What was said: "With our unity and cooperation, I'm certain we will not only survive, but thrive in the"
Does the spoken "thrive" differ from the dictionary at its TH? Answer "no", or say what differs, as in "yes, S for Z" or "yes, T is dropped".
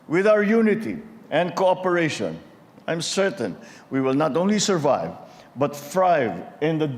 yes, F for TH